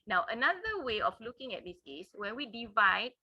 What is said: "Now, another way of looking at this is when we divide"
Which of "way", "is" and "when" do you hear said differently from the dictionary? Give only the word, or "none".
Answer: is